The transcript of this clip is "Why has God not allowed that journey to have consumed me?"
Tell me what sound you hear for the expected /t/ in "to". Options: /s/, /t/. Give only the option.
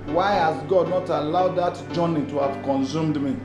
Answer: /t/